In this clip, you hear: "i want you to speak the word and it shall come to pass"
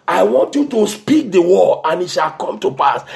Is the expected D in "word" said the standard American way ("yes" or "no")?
no